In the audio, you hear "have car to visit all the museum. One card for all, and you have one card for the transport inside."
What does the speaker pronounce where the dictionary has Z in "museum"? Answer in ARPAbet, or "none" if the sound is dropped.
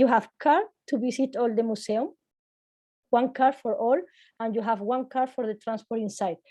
S